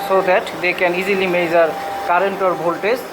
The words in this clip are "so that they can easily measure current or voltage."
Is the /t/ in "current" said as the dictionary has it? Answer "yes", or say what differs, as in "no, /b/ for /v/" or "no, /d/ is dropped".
yes